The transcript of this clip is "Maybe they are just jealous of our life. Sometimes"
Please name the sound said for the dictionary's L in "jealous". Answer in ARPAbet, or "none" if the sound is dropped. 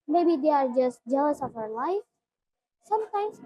none